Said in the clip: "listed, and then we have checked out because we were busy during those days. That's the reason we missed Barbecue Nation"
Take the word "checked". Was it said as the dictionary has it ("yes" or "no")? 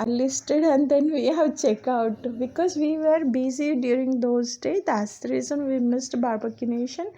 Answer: no